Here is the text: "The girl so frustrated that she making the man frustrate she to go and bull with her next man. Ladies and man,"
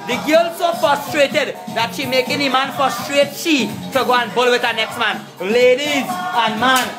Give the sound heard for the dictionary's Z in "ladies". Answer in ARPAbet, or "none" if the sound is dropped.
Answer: Z